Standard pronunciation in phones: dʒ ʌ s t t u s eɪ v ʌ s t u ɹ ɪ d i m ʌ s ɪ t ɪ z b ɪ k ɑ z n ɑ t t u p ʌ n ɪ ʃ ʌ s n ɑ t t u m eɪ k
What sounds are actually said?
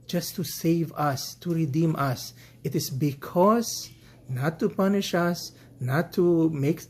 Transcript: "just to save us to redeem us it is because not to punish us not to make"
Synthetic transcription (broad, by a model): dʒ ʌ s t t u s eɪ v ʌ s t u ɹ ɪ d i m ʌ s ɪ t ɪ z b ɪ k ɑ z n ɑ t t u p ʌ n ɪ ʃ ʌ s n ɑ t t u m eɪ k